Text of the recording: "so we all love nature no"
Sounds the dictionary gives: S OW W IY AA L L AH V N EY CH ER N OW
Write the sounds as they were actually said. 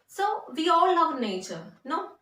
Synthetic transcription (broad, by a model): S OW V IY AA L N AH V N EY CH ER N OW